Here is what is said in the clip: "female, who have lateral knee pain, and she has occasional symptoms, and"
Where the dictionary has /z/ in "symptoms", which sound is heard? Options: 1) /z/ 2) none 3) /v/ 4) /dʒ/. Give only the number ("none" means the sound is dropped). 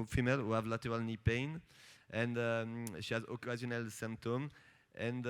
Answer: 2